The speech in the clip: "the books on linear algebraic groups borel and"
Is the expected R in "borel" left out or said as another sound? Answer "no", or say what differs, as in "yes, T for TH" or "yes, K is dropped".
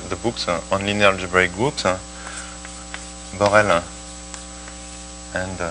no